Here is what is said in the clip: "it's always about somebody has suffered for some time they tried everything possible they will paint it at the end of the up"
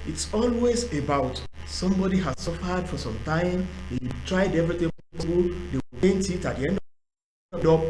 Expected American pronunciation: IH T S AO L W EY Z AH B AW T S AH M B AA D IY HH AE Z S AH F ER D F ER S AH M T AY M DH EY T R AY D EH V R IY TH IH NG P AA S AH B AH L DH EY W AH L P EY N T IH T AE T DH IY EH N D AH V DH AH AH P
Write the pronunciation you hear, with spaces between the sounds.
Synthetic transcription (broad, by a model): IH T S AO L W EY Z AH B AW T S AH M B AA D IY HH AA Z S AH F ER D F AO S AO M T AY M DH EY T R AY D EH V R IY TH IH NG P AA AH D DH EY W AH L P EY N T IH T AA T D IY EH N D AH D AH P